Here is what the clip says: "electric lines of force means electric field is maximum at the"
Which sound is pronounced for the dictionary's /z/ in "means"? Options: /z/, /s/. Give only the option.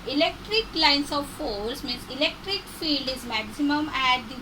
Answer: /s/